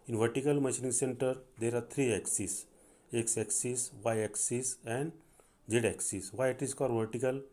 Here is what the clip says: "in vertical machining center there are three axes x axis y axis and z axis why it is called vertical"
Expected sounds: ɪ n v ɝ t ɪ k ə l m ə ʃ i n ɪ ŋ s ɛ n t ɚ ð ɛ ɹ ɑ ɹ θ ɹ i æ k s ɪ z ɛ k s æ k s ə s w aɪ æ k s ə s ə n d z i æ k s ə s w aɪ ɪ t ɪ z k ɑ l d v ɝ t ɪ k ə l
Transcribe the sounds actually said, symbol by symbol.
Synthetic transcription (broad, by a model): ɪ n v ɝ t ɪ k ə l m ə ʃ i n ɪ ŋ s ɛ n t ɚ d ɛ ɹ ɑ ɹ t ɹ i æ k s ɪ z ɛ k s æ k s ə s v aɪ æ k s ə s ə n d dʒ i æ k s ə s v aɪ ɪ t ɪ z k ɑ d v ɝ t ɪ k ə l